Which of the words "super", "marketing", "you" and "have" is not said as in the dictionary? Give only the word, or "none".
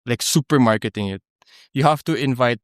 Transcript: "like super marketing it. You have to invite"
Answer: have